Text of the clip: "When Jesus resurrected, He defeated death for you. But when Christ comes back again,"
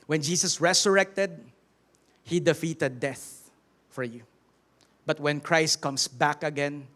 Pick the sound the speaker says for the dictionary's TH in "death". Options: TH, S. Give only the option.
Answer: TH